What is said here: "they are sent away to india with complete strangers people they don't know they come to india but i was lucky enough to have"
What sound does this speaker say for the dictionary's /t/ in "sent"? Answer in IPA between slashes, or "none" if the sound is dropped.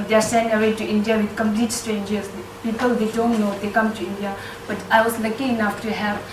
none